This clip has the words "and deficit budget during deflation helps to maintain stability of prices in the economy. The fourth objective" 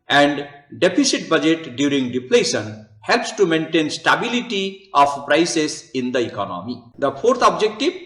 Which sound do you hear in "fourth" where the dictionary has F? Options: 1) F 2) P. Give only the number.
2